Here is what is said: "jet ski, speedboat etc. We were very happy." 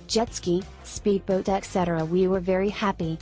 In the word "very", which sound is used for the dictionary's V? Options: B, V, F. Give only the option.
V